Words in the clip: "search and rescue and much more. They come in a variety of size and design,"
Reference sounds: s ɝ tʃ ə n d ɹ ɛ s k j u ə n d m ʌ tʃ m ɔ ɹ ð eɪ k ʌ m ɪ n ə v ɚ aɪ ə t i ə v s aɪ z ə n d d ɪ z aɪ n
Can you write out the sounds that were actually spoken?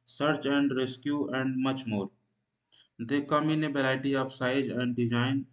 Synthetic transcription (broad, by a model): s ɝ tʃ ə n d ɹ ɛ s k j u ə n d m ʌ tʃ m ɔ ɹ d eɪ k ʌ m ɪ n ə b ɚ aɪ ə t i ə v s aɪ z ə n d d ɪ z aɪ n